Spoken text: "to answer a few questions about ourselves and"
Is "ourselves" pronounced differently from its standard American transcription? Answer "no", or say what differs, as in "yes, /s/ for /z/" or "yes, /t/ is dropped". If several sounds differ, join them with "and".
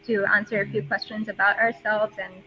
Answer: no